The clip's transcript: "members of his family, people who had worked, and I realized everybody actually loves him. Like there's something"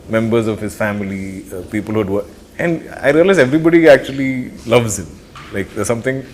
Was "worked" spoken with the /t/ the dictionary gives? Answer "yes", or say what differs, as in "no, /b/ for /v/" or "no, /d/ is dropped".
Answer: no, /t/ is dropped